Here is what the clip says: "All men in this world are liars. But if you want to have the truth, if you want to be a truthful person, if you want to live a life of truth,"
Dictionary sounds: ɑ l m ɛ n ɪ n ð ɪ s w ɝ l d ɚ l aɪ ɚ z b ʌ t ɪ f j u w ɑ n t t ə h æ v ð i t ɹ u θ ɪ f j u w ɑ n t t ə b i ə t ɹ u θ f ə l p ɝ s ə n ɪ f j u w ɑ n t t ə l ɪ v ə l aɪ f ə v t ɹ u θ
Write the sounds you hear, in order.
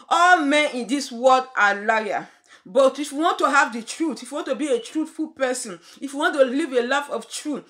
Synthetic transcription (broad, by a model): ɑ l m ɛ n ɪ n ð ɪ s w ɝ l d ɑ l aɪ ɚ b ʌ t ɪ f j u w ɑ n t t ə h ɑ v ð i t ɹ u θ ɪ f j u w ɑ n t t ə b i ə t ɹ u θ f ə l p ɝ s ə n ɪ f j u w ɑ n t t ə l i v ə l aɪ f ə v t ɹ u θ